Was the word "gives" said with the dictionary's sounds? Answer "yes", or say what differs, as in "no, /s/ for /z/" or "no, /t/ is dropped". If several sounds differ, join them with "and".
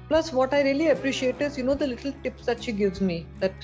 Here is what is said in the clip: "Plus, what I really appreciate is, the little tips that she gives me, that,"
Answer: yes